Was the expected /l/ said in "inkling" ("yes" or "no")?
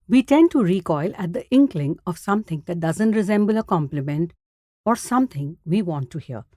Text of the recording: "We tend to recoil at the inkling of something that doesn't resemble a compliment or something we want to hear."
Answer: yes